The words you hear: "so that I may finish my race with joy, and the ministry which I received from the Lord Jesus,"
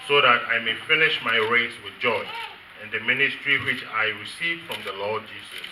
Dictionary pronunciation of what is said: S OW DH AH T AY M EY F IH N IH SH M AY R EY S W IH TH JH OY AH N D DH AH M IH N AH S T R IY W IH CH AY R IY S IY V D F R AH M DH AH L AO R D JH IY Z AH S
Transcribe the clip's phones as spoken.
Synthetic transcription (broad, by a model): S OW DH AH T AY M EY F IH N IH SH M AY R EY S W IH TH JH OY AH N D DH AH M IH N AH S T R IY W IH CH AY R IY S IY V F R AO M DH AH L AO D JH IY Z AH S